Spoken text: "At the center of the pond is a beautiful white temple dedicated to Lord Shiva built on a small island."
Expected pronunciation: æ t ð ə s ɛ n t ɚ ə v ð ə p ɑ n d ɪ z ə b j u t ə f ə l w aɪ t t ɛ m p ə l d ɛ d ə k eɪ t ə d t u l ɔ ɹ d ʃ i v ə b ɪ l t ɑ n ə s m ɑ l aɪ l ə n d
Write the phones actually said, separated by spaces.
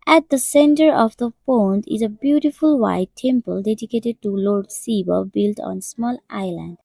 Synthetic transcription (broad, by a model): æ t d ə s ɛ n t ɚ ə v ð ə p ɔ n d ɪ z ə b j u t ə f ə l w aɪ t t ɛ m p ə l d ɛ d ə k eɪ t ə d t u l ɔ ɹ d s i b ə b ɪ l t ɑ n s m ɑ l aɪ l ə n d